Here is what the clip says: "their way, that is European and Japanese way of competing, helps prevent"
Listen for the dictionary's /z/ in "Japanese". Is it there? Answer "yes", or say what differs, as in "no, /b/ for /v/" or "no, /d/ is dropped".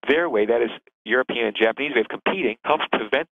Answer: yes